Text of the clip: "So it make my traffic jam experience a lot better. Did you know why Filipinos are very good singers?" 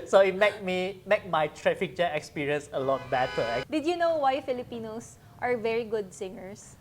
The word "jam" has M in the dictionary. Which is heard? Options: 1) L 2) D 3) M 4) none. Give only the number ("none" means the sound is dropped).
4